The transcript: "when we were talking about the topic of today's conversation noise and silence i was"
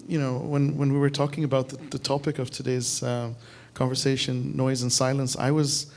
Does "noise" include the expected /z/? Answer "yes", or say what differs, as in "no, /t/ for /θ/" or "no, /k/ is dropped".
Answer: yes